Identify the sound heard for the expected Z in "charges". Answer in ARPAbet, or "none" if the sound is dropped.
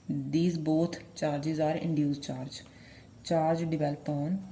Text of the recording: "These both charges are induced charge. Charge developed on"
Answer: Z